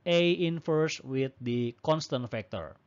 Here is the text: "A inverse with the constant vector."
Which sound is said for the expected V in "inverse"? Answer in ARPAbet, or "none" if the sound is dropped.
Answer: F